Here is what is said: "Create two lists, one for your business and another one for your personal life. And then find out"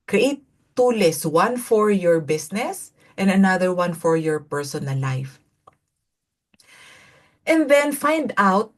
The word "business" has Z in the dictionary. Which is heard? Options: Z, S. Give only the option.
S